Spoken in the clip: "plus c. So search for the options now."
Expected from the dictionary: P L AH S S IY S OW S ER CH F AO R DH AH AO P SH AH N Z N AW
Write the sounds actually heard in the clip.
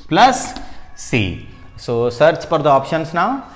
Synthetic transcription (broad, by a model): P L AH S S IY S OW S ER CH P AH R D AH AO P SH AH N S N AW